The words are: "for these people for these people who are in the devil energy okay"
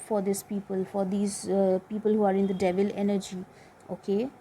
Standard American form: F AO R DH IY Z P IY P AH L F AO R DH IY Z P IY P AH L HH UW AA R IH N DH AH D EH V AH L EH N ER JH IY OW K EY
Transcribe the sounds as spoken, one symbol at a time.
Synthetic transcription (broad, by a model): F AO R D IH S P IY P AH L F AO R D IY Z P IY P AH L HH UW AA R IH N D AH D EH V AH L EH N ER JH IY OW K EY